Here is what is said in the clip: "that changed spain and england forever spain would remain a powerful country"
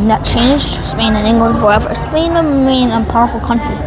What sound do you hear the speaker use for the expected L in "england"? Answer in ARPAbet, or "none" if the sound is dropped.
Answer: L